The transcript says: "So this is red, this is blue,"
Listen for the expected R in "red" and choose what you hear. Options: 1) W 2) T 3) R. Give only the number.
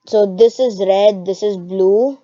3